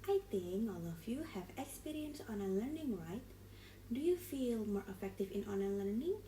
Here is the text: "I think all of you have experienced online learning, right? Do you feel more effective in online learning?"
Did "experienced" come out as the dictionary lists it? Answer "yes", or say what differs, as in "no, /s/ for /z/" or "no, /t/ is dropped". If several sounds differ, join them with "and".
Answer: no, /t/ is dropped